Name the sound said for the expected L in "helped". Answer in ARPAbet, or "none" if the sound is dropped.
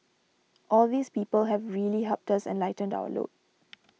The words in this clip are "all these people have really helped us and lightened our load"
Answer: none